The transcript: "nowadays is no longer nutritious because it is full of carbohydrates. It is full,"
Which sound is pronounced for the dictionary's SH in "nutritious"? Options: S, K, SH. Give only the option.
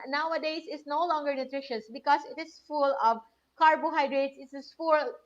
SH